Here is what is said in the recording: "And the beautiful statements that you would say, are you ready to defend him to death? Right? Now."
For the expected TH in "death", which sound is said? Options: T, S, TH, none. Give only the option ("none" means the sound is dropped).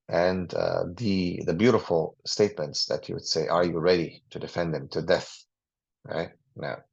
TH